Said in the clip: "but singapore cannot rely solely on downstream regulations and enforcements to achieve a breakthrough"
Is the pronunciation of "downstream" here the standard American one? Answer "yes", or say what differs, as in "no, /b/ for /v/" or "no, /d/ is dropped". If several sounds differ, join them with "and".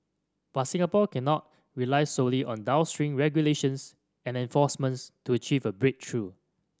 no, /n/ is dropped